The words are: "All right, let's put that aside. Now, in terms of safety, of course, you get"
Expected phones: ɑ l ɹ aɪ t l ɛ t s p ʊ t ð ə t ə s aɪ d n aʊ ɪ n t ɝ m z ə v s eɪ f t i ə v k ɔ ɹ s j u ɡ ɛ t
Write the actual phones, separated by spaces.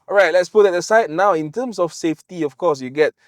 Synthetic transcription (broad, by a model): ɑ ɹ aɪ t l ɛ t s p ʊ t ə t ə s aɪ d n aʊ ɪ n t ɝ m s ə f s eɪ f t i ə f k ɔ s j u ɡ ɛ t